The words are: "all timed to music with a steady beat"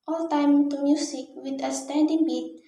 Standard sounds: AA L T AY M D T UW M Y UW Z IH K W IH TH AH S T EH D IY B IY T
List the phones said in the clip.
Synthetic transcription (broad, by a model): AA L T AY M T UW M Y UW S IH K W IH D AH S T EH D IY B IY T